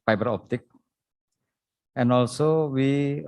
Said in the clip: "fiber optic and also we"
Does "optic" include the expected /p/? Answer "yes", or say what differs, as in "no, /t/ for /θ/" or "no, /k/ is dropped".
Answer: yes